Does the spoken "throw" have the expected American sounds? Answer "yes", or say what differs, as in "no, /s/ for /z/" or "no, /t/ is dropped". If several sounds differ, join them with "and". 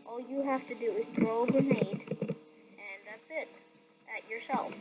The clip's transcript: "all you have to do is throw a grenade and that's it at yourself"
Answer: no, /t/ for /θ/